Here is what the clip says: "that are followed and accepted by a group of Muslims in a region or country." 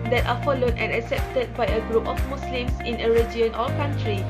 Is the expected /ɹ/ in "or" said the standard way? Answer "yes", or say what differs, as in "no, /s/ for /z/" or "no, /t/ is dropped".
no, /l/ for /ɹ/